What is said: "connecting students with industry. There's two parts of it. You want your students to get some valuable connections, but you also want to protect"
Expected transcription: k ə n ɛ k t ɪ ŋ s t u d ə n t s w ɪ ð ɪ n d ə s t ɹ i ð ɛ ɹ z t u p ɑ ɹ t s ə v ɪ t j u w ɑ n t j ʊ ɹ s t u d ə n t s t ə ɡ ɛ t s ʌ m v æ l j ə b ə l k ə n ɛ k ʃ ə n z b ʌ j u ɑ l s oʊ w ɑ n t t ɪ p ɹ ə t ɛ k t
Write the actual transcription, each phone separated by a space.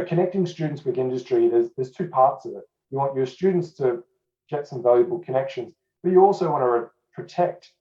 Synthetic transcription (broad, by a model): k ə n ɛ k t ɪ ŋ s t u d n t s w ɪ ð ɪ n d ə s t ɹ i ð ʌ ɹ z t u p ɑ ɹ t s ə v ɪ t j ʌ w ɑ n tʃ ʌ ɹ s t u d n t s t ə ɡ ɛ t s ʌ m v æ l j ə b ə l k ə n ɛ k ʃ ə n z b ʌ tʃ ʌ ɑ l s oʊ w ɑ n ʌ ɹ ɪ p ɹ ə t ɛ k t